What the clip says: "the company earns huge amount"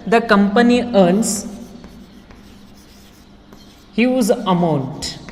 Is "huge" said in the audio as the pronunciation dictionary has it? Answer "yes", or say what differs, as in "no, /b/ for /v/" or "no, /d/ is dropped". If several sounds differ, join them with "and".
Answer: no, /z/ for /dʒ/